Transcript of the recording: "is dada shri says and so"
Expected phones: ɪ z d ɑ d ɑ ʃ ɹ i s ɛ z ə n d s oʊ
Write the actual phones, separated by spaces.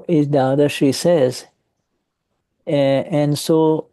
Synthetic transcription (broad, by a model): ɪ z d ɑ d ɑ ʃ i s ɛ z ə n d s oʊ